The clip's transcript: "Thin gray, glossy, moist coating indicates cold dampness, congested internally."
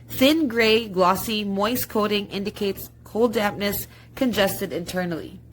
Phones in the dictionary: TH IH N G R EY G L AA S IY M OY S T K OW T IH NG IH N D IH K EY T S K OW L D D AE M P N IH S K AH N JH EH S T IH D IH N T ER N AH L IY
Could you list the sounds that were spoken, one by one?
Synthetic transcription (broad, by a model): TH IH N G R EY G L AA S IY M OY S K OW T IH NG IH N D IH K EY T S K OW L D D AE P N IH S K AH N JH EH S T IH D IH N T ER N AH L IY